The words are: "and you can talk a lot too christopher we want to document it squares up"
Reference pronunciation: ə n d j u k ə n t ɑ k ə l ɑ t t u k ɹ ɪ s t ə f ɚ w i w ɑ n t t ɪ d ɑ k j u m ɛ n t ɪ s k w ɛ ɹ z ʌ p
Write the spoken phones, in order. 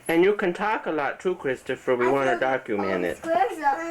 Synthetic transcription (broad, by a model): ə n j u k ə n t ɑ k ə l ɑ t t u k ɹ ɪ s t ə f ɚ w i w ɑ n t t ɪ d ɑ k j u m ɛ n ɪ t